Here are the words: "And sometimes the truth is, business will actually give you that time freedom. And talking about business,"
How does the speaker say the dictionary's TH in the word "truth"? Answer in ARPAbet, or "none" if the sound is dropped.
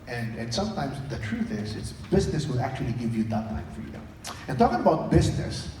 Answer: TH